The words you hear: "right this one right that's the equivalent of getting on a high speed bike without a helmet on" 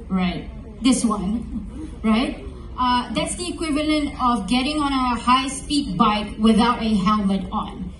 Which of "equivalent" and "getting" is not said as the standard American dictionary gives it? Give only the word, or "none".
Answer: none